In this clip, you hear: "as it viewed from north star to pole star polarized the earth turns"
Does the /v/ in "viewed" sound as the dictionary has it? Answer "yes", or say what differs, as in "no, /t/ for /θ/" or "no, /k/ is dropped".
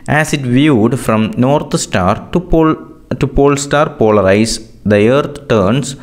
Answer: yes